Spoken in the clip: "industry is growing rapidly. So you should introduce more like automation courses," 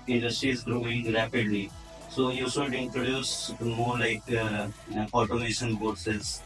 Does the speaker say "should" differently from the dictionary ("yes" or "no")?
yes